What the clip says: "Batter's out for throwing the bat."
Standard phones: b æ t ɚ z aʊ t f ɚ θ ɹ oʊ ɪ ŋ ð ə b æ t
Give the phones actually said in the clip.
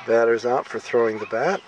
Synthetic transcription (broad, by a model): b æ t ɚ z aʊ t f ɚ θ ɹ oʊ ɪ ŋ ð ə b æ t